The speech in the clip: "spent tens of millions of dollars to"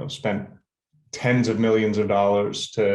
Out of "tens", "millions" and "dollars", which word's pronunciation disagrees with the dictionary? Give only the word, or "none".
none